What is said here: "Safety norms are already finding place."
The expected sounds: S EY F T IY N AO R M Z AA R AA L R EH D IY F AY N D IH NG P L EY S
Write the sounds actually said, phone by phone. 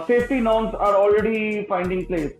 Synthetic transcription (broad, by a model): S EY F T IY N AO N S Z AA R AA L R EH D IY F AY N D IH NG P L EY S